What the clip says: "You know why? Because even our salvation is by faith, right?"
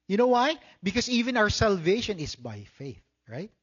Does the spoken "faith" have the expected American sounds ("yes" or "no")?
yes